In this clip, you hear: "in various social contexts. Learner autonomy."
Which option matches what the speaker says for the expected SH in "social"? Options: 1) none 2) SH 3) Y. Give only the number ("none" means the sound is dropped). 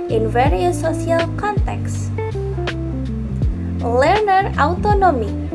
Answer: 1